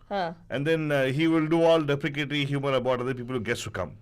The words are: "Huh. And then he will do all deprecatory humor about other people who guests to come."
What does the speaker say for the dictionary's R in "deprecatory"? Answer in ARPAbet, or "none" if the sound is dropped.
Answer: L